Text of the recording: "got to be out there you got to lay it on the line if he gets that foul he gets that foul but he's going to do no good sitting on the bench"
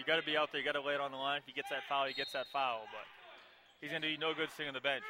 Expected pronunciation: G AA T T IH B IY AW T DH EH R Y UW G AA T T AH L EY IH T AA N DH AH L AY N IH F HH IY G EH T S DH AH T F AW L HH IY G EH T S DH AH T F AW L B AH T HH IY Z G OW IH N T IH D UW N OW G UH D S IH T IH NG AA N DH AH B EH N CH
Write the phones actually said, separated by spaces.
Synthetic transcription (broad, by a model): G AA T T IH B IY AW T DH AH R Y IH G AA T T AH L EY IH T N DH AH L AY N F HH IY G EH T S DH AH T F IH L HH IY G EH T S DH AH T F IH L B AH T HH IY Z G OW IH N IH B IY N OW G UH D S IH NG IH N DH AH B EH N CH